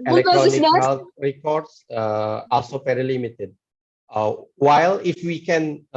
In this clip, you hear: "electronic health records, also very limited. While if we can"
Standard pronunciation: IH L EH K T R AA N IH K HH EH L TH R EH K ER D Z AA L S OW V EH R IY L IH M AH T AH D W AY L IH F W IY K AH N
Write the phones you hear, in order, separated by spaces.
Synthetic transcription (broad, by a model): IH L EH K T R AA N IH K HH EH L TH R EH K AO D S AA L S OW P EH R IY L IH M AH T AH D W AY L IH F W IY K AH N